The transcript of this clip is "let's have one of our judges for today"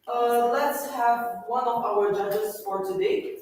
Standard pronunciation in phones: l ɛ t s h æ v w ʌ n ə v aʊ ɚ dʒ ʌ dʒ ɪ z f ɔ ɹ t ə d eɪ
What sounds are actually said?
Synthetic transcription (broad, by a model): l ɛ t s h æ v w ʌ n ə v aʊ ɚ dʒ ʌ dʒ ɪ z f ɔ ɹ t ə d eɪ